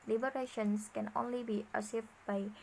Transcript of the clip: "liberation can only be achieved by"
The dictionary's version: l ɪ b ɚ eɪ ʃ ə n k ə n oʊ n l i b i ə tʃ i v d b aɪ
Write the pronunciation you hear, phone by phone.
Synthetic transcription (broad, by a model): l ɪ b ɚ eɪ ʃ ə n k ə n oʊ n l i b i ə s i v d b aɪ